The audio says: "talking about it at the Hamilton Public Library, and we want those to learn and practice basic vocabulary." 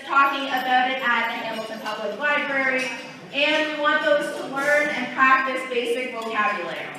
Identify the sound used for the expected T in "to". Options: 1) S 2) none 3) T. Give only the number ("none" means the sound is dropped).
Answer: 3